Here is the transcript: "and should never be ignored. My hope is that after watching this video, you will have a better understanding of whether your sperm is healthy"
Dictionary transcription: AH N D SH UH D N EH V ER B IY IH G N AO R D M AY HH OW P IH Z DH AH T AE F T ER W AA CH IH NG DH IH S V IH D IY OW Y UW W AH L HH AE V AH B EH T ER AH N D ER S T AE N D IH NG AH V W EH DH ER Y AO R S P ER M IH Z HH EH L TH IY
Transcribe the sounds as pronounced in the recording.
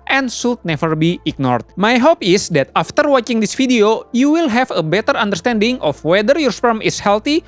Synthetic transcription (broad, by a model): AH N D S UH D N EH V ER B IY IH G N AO R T M AY HH OW P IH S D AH T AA F T ER W AA CH IH NG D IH S F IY D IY OW Y UW W AH L HH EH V AH B EH T ER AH N D ER S T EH N D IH NG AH F W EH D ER Y AO R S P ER M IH S HH EH L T IY